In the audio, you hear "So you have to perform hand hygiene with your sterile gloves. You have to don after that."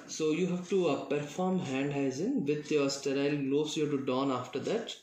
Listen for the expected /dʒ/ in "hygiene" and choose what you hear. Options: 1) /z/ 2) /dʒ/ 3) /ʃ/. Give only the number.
1